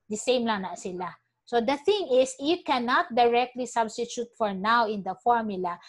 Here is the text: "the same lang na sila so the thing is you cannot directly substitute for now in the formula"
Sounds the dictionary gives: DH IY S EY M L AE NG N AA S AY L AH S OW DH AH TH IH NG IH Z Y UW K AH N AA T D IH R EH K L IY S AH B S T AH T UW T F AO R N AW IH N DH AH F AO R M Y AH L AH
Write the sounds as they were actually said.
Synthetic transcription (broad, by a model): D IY S EY M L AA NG N AA S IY L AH S OW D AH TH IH NG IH S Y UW K AH N AA T D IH R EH K L IY S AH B S T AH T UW T F AO R N AW IH N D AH F AO R M Y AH L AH